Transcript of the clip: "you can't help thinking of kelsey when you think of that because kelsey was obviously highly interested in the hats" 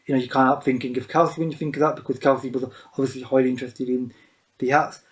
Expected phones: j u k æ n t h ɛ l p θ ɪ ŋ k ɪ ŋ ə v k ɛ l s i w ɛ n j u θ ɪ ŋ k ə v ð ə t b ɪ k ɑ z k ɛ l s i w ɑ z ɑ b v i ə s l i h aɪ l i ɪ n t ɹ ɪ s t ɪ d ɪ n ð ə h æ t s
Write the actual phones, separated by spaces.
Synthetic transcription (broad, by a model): j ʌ k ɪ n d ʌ p θ ɪ ŋ k ɪ ŋ ə v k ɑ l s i w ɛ n j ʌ θ ɪ ŋ k ə v ð ə t b ɪ k ɑ z k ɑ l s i w ɑ z ɑ b v i ə s l i h aɪ l i ɪ n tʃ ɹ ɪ s t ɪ d ɪ n ð ə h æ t s